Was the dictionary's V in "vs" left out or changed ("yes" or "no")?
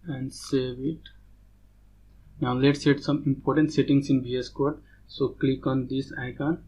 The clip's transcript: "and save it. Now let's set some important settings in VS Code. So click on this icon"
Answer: yes